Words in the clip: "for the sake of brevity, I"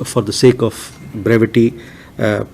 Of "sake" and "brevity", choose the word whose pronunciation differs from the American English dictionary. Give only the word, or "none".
none